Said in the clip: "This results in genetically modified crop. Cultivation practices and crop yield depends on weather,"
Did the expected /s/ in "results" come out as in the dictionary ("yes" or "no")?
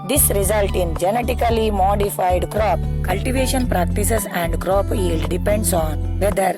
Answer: no